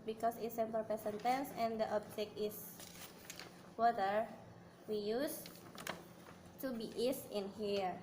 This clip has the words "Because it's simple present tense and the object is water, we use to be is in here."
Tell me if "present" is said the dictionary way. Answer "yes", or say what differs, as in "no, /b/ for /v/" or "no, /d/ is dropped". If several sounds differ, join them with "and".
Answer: no, /ɹ/ is dropped and /s/ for /z/